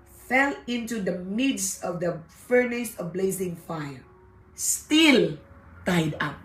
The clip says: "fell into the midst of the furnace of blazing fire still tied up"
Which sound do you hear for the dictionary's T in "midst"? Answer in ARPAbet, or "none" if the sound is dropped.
none